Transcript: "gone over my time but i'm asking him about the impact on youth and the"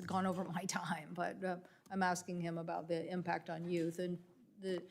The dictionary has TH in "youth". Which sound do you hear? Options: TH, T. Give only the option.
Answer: TH